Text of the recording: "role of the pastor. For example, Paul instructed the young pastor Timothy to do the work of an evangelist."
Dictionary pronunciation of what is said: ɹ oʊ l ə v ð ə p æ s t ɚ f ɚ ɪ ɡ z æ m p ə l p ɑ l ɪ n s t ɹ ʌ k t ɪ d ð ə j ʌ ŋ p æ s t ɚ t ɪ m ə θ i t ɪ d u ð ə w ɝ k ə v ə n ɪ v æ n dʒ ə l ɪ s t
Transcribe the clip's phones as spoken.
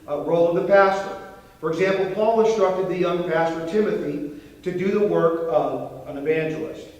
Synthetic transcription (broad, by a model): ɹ oʊ l ə v ð ə p æ s t ɚ f ɚ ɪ ɡ z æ m p l p ɑ l ɪ n s t ɹ ʌ k t ɪ d ð ə j ʌ ŋ p æ s t ɚ t ɪ m ə θ i t ɪ d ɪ ð ə w ɝ k ə v ə n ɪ v æ n dʒ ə l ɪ s t